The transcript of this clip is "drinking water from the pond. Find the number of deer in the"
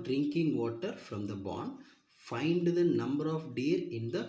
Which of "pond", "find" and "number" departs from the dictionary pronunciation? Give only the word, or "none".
pond